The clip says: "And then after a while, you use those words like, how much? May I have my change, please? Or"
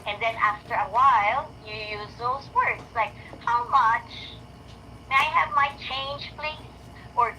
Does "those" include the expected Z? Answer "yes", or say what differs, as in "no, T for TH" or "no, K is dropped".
yes